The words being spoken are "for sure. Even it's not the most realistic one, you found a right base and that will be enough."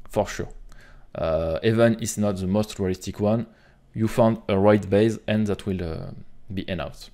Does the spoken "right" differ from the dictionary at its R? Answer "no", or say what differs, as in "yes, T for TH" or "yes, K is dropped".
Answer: no